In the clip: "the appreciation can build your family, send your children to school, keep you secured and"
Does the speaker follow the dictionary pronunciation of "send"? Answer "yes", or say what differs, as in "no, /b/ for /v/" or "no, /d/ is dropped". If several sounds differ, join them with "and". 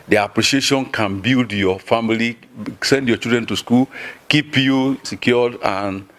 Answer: yes